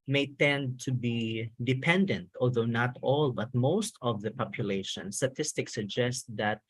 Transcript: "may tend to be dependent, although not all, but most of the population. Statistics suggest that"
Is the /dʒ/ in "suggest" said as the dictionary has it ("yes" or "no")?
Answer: yes